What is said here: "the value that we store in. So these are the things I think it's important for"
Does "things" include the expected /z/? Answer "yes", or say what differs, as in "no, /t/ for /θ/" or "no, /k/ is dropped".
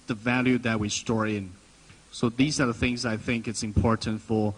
yes